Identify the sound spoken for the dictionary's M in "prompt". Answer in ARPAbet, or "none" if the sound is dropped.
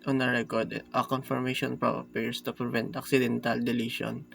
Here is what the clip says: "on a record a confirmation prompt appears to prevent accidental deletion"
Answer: none